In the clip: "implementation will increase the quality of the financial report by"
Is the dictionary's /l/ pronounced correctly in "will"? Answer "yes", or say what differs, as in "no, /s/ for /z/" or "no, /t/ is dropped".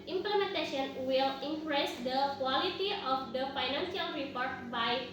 yes